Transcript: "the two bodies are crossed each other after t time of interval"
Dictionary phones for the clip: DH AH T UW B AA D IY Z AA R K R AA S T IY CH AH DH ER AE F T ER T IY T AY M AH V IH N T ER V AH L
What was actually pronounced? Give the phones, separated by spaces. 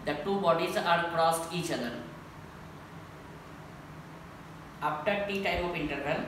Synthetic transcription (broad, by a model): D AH T UW B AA D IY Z AA R K R AA S T IY CH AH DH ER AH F T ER T IY T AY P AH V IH N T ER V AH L